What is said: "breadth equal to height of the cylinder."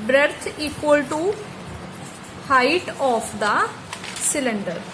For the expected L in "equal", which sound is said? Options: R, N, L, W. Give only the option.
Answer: L